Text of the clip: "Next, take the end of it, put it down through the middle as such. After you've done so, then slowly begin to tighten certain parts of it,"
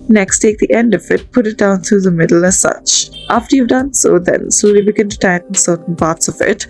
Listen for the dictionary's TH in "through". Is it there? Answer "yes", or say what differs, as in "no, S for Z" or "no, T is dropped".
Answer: no, T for TH